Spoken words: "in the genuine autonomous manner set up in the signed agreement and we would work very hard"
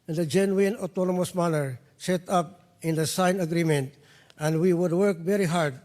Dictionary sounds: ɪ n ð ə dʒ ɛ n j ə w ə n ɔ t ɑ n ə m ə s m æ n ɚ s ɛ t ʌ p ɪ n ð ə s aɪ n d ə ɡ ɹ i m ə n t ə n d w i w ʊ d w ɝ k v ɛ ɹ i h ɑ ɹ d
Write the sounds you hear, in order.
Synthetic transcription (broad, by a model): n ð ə dʒ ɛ n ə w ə n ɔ t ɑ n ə m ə s m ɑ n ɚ s ɛ t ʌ p ɪ n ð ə s aɪ n ə ɡ ɹ i m ə n t ə n d w i w ʊ d w ɝ k v ɛ ɹ i h ɑ ɹ d